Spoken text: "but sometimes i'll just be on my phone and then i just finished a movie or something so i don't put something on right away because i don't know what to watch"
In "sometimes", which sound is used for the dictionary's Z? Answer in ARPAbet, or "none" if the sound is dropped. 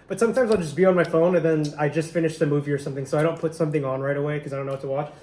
Z